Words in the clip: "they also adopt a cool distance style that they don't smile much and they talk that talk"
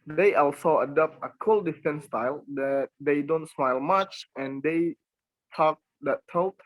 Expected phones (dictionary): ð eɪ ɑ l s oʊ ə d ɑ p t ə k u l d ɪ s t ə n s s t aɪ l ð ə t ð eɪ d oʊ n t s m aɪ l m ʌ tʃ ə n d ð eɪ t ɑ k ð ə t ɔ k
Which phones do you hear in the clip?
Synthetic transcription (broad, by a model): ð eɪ ɑ l s oʊ ə d ɑ p t ə k u l d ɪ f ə n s s t aɪ l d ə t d eɪ d oʊ n t s m aɪ l m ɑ tʃ ə n d eɪ t ɑ k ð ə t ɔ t